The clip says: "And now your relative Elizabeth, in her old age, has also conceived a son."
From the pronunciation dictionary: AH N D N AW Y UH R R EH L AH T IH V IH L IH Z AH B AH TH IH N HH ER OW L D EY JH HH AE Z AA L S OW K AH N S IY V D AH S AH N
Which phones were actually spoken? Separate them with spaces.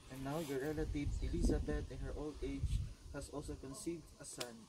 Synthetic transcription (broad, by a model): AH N N AW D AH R R EH L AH T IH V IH L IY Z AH B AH T IH N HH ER OW L D EY JH HH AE S AA L S OW K AH N S IY V D AH S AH N